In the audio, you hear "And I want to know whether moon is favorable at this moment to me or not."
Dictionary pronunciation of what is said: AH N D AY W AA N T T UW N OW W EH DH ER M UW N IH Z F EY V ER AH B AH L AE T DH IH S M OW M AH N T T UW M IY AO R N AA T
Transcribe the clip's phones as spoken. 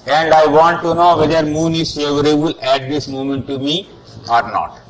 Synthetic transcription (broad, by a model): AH N D AY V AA N T T UW N OW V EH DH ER M UW N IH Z F EY V ER AH B AH L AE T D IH S M OW M AH N T T UW M IY AO R N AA T